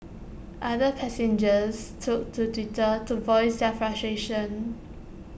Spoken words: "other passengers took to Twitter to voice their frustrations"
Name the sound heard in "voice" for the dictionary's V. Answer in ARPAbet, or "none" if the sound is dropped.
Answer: V